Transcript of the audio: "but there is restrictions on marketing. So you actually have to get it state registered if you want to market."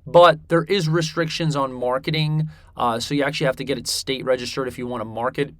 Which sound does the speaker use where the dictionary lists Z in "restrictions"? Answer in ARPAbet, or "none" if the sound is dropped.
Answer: Z